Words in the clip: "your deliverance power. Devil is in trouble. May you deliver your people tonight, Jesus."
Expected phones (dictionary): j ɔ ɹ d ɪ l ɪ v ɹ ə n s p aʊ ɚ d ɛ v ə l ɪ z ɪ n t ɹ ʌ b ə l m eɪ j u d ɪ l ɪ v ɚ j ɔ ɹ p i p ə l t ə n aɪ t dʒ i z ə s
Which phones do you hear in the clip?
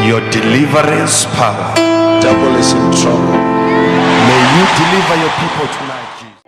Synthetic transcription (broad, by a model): j ɔ d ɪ l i v ɹ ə n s p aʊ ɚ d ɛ b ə l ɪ s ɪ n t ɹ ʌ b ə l m eɪ j u d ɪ l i v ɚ j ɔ p i p ə l t ə n aɪ t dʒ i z